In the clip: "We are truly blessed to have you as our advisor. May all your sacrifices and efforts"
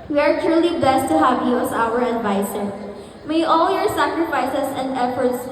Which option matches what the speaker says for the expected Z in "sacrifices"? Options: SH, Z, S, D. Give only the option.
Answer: S